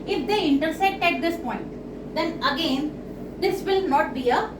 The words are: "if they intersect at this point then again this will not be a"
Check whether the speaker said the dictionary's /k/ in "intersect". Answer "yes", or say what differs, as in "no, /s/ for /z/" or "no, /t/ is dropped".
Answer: no, /k/ is dropped